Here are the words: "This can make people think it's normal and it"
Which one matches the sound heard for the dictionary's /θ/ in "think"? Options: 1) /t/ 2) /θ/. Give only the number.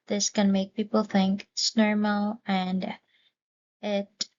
2